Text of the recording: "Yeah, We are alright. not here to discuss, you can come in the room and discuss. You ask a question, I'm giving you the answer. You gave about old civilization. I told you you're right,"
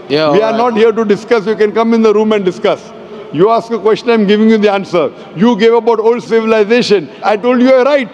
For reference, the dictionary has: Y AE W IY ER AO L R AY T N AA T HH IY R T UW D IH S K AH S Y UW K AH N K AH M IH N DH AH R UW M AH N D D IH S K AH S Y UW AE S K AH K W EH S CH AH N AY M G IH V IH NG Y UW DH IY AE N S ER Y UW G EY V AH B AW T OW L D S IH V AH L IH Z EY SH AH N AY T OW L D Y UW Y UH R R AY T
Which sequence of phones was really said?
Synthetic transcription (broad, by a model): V IY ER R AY T N AA T HH IY R T UW D IH S K AH S Y UW K AH N K AH M IH N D AH R UW M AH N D D IH S K AH S Y UW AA S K AH K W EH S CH AH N AY M G IH V IH NG Y UW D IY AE N S ER Y UW G EY V AH B AW T OW L D S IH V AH L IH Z EY SH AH N AY T OW L D Y UW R R AY T